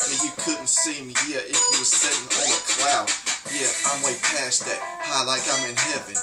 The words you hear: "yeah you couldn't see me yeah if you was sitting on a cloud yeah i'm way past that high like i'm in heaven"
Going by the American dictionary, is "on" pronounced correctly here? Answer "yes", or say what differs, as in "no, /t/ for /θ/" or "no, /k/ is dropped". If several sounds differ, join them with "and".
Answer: no, /l/ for /n/